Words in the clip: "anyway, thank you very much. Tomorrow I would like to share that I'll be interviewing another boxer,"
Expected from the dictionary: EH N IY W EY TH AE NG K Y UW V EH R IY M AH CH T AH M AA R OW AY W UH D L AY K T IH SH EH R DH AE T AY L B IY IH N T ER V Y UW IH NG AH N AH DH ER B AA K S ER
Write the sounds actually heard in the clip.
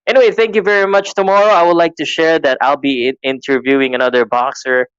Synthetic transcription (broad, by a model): EH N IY W EY TH AE NG K Y UW V EH R IY M AH CH T AH M AA R OW AY W UH D L AY K T IH SH EH R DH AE T AY L B IY IH N T ER V Y UW IH NG AH N AH DH ER B AA K S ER